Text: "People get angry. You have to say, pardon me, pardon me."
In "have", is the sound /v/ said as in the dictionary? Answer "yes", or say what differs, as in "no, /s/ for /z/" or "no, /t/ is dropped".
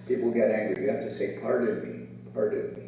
no, /f/ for /v/